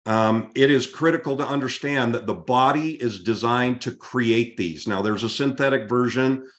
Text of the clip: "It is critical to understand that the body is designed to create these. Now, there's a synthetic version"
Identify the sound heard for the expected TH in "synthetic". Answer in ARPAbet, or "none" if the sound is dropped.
TH